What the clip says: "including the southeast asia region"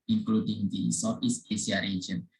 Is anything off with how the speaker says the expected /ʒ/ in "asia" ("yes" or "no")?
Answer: yes